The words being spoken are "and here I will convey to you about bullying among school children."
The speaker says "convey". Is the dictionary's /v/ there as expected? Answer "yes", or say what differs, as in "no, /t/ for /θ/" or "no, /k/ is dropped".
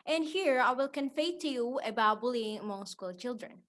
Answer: no, /f/ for /v/